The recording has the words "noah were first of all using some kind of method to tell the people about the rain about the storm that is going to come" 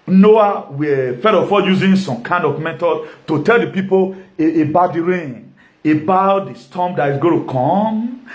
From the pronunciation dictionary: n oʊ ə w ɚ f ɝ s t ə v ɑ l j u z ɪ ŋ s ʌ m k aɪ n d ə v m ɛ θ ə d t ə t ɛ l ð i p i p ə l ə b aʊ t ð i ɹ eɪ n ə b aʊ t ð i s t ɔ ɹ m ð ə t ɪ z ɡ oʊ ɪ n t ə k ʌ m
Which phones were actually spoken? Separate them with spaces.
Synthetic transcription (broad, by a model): n oʊ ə w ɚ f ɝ t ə f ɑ j u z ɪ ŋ s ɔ m k aɪ n d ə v m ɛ t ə t ə t ɛ l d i p i p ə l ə b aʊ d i ɹ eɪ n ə b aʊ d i s t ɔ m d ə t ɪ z ɡ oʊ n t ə k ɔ m